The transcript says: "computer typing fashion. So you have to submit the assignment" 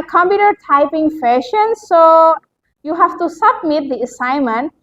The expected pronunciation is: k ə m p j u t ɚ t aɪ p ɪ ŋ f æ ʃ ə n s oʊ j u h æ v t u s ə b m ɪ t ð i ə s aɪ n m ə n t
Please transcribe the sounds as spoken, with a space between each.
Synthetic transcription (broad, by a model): k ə m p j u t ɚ t aɪ p ɪ ŋ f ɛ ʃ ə n s oʊ j u h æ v t u s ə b m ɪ t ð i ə s aɪ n m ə n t